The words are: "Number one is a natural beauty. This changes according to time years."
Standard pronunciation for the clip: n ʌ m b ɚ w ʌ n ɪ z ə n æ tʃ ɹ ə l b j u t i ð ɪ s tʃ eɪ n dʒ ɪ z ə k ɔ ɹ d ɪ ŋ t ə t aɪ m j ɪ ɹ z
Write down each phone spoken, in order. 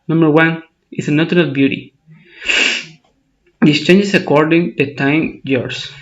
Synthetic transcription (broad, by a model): n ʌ m b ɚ w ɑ n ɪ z ə n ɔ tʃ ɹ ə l b j u t i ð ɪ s tʃ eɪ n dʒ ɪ s ə k ɔ ɹ d ɪ ŋ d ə t aɪ m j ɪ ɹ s